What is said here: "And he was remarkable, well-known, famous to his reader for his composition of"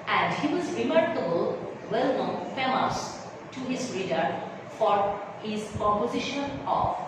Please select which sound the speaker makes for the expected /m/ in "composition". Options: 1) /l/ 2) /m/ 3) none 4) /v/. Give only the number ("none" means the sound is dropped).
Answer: 3